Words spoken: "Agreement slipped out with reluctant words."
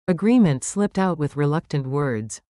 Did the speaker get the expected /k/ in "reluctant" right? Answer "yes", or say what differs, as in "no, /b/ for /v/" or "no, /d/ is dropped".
yes